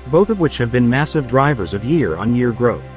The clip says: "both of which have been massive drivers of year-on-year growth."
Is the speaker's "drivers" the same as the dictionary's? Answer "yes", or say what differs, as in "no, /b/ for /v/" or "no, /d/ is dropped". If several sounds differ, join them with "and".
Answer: yes